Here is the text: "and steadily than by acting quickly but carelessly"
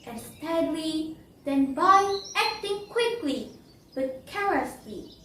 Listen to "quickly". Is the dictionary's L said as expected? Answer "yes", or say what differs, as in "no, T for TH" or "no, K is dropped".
yes